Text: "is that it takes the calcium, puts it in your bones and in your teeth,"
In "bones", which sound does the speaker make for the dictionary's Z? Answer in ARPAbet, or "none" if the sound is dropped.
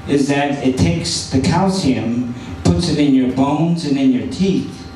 Z